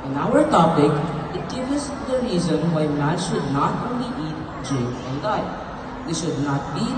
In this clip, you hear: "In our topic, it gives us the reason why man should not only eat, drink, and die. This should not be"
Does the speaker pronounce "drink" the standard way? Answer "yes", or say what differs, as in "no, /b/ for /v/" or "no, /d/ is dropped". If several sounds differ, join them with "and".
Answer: no, /ŋ/ is dropped